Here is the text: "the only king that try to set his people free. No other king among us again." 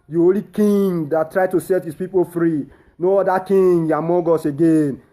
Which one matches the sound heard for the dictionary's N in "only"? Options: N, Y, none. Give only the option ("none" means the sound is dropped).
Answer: none